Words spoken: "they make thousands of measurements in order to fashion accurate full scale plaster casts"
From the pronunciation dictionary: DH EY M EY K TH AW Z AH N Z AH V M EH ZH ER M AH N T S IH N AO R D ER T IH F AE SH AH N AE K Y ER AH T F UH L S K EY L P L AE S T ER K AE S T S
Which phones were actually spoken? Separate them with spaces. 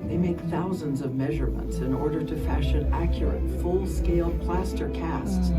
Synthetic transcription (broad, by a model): DH EY M EY K TH AW Z AH N Z AH V M EH ZH ER M AH N T S IH N AO R D ER T IH F AE SH AH N AE K Y ER AH T F UH L S K EY L P L AE S T ER K AE S T S